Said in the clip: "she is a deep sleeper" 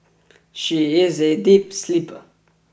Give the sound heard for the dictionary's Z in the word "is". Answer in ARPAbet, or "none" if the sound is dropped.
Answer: Z